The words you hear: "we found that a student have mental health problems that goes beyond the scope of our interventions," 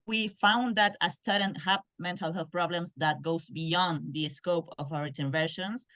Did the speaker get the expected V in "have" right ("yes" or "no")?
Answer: no